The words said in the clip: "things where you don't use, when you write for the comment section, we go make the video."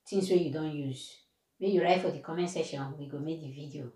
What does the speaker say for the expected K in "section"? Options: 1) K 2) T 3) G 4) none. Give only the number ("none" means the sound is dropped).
4